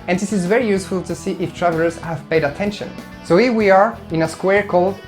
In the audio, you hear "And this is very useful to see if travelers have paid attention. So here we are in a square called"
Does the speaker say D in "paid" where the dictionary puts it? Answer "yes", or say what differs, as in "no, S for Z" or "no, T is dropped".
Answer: yes